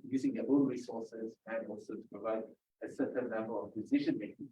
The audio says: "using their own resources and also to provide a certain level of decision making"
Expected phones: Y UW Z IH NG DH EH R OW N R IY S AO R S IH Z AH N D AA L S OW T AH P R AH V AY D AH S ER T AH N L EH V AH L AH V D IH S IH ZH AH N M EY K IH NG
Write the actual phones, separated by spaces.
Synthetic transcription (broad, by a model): Y UW Z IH NG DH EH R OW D R IY S AO R S IH Z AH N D AA L S OW T AH P R AH V AY D AH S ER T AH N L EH B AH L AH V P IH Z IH SH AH N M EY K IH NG